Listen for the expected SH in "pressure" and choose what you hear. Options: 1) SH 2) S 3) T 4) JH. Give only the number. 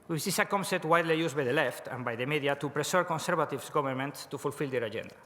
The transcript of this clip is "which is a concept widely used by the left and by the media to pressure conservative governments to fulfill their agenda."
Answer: 2